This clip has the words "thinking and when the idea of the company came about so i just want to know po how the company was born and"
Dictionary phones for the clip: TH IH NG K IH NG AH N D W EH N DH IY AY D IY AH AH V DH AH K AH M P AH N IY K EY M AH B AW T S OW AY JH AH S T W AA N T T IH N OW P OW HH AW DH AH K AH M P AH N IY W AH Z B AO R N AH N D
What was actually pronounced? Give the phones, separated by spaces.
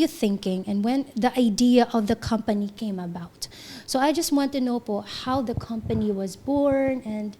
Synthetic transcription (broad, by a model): TH IH NG K IH NG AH N W EH N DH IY AY D IY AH AH V DH AH K AH M P AH N IY K EY M AH B AW T S OW AY JH AH S T W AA N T T IH N OW B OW HH AW DH AH K AH M P AH N IY W AH Z B AO R N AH N